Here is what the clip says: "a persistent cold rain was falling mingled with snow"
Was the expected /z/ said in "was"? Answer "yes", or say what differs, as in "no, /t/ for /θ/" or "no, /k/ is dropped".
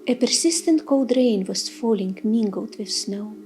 no, /s/ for /z/